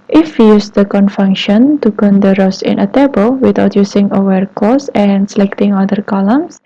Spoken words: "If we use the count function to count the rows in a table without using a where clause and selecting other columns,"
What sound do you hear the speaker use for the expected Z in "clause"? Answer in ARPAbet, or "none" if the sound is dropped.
S